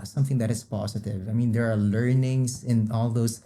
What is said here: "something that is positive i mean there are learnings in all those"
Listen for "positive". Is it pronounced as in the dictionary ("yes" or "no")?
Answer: no